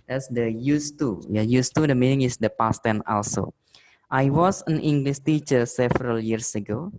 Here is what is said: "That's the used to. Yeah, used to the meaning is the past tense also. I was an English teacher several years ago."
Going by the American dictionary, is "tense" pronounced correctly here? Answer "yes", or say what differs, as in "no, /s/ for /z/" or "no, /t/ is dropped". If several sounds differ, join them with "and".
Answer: no, /s/ is dropped